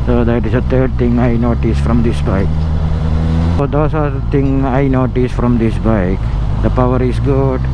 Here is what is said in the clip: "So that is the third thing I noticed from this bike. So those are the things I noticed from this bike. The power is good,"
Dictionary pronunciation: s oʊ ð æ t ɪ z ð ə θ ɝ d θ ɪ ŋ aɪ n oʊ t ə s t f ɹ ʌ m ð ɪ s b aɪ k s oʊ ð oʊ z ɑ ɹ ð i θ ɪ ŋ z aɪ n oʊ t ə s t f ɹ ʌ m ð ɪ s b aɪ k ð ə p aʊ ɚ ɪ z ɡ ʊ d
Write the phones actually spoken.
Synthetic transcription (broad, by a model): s oʊ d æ t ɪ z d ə t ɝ d t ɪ ŋ aɪ n oʊ t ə s f ɹ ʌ m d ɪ s b aɪ k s oʊ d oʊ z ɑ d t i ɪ ŋ aɪ n oʊ t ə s f ɹ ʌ m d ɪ s b aɪ k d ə p aʊ ɚ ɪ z ɡ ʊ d